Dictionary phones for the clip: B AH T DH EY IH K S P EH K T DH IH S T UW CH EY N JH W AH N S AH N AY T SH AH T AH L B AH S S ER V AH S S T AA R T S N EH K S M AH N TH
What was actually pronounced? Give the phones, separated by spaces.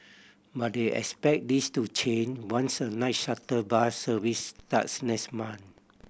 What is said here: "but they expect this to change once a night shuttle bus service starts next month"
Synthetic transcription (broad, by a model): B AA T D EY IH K S P EH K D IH S T UW CH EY N W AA N S AH N AY T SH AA T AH B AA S S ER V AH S S T AA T S N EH S M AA N